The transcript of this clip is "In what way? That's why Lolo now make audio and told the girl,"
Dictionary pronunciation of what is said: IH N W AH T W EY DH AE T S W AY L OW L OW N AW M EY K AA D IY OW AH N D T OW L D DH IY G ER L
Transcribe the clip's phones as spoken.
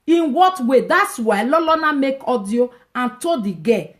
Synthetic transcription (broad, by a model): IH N W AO T W EY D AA T S W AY L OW L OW N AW M EY K AA D IY OW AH N T OW D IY G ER